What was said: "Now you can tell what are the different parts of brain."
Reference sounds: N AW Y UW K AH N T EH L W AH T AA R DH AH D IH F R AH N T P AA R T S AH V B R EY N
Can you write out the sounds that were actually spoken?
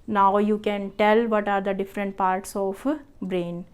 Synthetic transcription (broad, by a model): N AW Y UW K AH N T EH L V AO T AA R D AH D IH F R AH N T P AA R T S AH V B R EY N